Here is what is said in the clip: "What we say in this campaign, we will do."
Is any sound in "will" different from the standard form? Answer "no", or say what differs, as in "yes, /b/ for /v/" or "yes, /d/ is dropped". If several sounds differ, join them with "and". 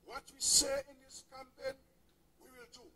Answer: no